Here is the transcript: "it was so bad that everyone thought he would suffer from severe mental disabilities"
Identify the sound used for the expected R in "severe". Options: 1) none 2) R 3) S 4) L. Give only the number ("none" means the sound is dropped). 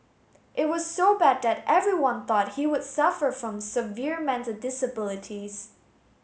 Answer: 2